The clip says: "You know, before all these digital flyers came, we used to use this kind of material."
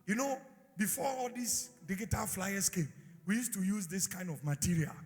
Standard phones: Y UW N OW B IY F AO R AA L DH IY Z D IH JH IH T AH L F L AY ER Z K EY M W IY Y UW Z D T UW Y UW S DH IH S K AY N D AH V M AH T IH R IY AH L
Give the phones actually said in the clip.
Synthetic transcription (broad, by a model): Y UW N OW B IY F AO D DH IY S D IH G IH T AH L F L AY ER S K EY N W IY Y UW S T UW Y UW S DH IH S K AY N D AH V M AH T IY R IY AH L